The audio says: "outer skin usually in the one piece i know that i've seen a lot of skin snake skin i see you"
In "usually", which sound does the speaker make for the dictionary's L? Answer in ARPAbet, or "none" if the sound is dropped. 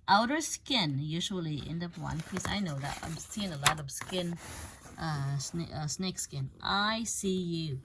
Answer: L